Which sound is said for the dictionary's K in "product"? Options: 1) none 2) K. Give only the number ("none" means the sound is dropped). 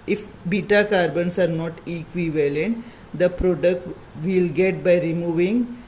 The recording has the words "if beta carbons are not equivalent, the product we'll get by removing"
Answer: 2